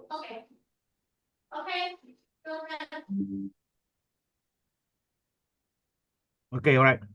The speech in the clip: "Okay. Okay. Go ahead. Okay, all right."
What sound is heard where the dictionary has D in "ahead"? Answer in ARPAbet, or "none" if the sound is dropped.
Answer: none